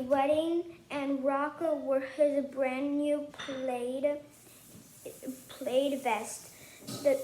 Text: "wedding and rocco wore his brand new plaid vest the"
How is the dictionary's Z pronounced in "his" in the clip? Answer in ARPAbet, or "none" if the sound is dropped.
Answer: Z